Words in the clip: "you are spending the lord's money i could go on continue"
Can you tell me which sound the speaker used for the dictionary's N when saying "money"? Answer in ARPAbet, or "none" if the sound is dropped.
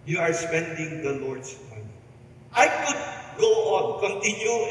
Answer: none